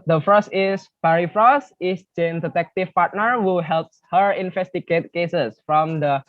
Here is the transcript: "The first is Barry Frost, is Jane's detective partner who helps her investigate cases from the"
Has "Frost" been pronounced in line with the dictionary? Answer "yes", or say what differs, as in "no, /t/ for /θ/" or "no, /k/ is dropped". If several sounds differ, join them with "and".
no, /t/ is dropped